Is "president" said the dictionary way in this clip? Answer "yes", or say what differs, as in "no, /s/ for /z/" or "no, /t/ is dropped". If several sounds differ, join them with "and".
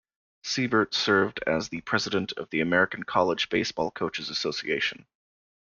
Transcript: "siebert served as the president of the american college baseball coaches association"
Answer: yes